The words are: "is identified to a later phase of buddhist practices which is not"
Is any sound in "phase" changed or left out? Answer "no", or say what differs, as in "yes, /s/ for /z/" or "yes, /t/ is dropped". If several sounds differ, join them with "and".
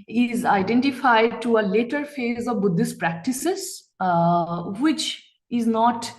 no